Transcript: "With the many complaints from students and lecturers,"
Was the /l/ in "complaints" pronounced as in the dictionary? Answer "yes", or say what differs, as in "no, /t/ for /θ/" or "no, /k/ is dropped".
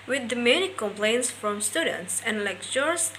yes